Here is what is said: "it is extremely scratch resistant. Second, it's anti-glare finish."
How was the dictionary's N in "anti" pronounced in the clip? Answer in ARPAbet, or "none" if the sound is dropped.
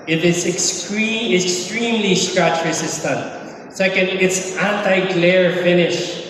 N